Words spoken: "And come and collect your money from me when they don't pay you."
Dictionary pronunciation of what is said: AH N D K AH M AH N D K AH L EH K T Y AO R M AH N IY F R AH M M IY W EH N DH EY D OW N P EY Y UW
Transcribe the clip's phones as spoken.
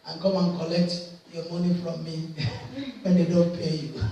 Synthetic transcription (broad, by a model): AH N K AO M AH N K AH L EH K T Y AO M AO N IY F R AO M M IY W EH N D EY D OW N P EY Y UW